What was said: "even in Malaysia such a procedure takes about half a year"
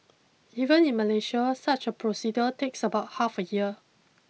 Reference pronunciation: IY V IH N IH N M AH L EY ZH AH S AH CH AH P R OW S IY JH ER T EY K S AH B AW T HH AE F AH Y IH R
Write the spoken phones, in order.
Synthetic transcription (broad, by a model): IY V IH N IH N M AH L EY SH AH S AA CH AH P R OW S IY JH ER T EY K S AH B AW T HH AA F AH Y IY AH